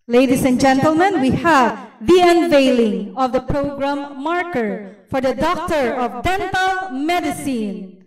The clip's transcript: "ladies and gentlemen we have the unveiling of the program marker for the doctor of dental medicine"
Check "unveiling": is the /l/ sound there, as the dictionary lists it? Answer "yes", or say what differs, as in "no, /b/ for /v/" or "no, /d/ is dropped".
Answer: yes